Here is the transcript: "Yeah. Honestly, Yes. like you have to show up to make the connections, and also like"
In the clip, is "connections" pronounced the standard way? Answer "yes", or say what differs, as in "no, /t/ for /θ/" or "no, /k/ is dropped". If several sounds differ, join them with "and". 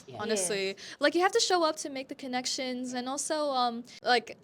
yes